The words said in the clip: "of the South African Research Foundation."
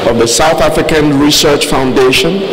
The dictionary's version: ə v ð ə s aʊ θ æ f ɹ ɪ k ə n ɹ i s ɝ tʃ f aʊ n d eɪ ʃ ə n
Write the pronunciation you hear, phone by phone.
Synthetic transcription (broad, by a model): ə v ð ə s aʊ θ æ f ɹ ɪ k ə n ɹ i s ɝ tʃ f aʊ n d eɪ ʃ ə n